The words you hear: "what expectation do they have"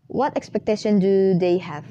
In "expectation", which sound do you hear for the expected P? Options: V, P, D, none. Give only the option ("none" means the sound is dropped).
P